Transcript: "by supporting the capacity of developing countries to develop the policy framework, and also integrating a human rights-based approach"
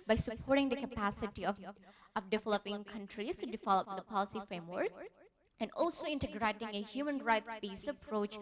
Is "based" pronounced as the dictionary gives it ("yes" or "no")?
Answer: no